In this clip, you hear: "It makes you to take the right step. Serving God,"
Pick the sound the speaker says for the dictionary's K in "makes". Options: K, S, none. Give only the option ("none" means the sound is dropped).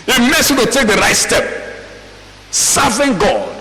none